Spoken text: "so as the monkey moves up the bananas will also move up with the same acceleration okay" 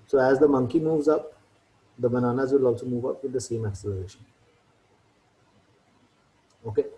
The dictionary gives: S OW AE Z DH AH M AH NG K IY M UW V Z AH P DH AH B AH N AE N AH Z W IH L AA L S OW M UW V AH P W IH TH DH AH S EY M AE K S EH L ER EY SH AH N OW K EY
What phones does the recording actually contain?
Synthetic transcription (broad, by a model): S OW AE Z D AH M AH NG K IY M UW V Z AH P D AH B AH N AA N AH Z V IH L AA L S OW M UW V AH P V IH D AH S EY M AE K S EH L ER EY SH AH N OW K EY